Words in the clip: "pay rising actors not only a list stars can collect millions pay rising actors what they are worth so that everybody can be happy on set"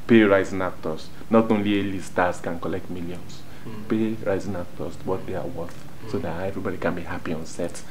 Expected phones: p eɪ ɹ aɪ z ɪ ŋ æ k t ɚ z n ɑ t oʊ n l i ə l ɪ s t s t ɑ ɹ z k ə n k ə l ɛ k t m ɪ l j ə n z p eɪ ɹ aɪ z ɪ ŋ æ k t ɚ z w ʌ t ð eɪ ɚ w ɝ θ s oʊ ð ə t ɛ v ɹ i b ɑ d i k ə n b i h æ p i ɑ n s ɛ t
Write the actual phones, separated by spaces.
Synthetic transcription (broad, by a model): p eɪ ɹ aɪ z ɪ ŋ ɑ k t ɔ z n ɑ t oʊ n l i ə l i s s t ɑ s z k ə n k ə l ɛ k t m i l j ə n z p eɪ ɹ aɪ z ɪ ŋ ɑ k t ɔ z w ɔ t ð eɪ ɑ w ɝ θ s oʊ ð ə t ɛ v ɹ i b ɑ d i k ə n b i h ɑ p i ɑ n s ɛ t